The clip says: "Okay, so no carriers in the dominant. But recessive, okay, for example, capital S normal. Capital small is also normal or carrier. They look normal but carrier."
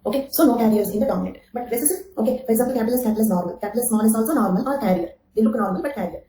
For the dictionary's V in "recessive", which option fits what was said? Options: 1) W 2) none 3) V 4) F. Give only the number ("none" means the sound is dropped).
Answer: 2